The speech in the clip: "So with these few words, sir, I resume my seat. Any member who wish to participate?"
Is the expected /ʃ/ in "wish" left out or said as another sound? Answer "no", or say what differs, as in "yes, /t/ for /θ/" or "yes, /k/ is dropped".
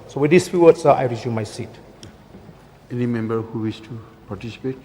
yes, /s/ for /ʃ/